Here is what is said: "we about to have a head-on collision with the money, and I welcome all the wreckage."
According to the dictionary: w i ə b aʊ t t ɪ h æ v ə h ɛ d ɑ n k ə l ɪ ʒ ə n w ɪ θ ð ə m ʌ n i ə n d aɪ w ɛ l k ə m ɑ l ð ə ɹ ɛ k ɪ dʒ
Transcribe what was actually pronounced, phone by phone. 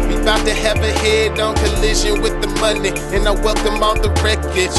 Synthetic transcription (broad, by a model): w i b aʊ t t ɪ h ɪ v ə h ɛ d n k ə l ɪ ʒ ə n w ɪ ð ə m ʌ n i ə n aɪ w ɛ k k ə m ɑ n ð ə ɹ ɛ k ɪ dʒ